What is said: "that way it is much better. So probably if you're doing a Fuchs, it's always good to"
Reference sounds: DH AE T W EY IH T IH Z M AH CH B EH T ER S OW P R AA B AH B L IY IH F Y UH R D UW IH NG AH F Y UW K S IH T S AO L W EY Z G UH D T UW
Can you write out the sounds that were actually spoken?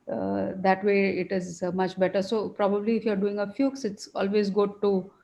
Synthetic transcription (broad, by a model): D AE T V EY IH T IH Z M AH CH B EH T ER S OW P R AA B AH B L IY IH F Y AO R D UW IH NG AH F Y UW K S IH T S AO L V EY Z G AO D T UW